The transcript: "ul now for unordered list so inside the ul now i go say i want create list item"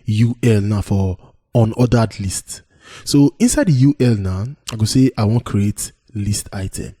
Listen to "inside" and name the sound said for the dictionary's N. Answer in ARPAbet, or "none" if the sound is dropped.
N